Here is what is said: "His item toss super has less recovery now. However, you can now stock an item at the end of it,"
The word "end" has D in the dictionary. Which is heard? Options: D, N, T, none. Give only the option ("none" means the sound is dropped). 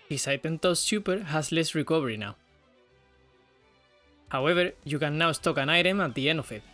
none